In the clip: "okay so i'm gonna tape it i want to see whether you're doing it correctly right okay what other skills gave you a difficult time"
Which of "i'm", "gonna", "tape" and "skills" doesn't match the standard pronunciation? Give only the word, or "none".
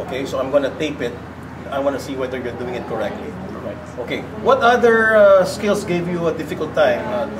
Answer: skills